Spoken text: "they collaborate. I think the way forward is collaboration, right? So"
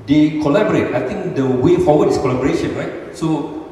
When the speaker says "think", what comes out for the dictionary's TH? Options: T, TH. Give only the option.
T